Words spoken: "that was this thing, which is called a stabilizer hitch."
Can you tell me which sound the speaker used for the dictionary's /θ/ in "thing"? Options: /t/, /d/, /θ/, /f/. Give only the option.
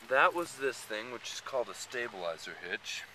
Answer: /θ/